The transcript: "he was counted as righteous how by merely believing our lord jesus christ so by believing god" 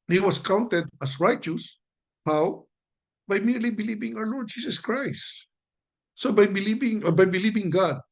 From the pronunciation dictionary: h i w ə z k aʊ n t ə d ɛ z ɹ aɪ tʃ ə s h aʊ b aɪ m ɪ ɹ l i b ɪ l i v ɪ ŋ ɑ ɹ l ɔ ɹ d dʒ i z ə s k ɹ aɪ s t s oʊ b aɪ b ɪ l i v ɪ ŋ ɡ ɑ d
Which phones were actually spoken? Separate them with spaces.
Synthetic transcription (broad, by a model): h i w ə s k aʊ n t ə d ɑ s ɹ aɪ tʃ ə s h aʊ b aɪ m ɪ ɹ l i b ɪ l i v ɪ ŋ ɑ w l ɔ ɹ d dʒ i s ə s k ɹ aɪ s t s oʊ b aɪ b ɪ l i v ɪ ŋ ɡ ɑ d